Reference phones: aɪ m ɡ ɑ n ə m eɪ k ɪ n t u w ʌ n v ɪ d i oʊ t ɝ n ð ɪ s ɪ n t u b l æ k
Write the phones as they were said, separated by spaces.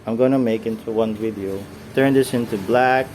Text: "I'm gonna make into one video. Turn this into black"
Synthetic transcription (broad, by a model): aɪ m ɡ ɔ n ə m eɪ k ɪ n t u w ʌ n w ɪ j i t ɝ n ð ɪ s ɪ n t u b l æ k